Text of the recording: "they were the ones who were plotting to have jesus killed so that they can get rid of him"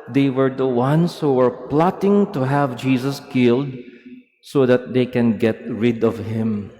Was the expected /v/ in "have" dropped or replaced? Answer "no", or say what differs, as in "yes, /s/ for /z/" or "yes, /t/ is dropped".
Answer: no